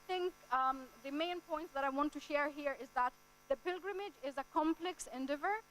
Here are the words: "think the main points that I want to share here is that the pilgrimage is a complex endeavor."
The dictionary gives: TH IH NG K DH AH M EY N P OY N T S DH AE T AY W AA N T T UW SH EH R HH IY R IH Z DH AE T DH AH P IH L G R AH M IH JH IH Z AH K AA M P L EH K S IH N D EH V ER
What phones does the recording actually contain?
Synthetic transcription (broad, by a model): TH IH NG K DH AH M EY N P OY N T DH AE T AY W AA N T T UW SH EH R HH IY R IH Z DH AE T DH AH P IH L G R AH M IH JH IH Z AH K AA M P L EH K S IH N D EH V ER